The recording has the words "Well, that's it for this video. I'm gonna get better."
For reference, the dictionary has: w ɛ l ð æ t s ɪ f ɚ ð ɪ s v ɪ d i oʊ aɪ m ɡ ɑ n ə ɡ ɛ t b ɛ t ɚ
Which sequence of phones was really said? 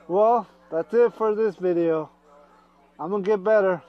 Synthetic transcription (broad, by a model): w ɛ l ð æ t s ɪ f ɚ ð ɪ s v ɪ d i oʊ aɪ m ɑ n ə ɡ ɛ t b ɛ t ɚ